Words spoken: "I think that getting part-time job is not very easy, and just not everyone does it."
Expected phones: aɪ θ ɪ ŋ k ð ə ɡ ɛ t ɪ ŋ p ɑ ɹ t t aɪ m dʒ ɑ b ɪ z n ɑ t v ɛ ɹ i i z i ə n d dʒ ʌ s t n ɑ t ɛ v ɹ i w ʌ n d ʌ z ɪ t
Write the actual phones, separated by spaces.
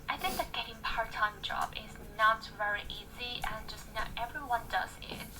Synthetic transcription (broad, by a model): aɪ θ ɪ ŋ k ð ə ɡ ɛ t ɪ ŋ p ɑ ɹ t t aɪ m dʒ ɑ b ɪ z n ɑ t v ɛ ɹ i i z i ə n dʒ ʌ s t n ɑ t ɛ v ɹ i w ʌ n d ʌ z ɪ t